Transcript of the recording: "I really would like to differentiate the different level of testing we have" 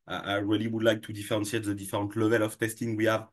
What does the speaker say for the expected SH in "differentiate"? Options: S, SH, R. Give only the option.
S